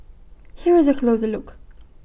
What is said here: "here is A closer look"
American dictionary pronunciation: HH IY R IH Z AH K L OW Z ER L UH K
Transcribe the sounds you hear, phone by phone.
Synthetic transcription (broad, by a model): HH IY R IH Z AH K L OW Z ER L UH K